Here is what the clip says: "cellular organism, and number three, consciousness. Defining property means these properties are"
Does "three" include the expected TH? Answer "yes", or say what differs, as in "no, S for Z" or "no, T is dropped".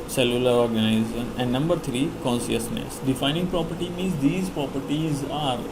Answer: no, T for TH